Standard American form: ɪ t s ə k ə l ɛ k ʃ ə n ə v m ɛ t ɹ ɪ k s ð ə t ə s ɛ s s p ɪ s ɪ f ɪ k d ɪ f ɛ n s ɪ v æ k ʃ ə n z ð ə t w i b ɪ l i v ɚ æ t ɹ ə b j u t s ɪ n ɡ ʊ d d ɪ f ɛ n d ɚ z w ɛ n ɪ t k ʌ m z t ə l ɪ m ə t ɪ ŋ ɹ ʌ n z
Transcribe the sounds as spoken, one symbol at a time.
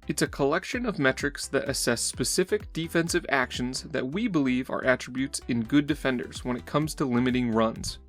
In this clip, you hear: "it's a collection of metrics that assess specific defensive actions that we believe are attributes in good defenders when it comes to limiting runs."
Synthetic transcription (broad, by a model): ɪ t s ə k ə l ɛ k ʃ ə n ə v m ɛ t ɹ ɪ k s ð ə t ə s ɛ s s p ɪ s ɪ f ɪ k d ɪ f ɛ n s ɪ v æ k ʃ ə n z ð ə t w i b ɪ l i v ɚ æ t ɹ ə b j u t s ɪ n ɡ ʊ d d ɪ f ɛ n d ɚ z w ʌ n ɪ t k ʌ m z t ə l ɪ m ə t ɪ ŋ ɹ ʌ n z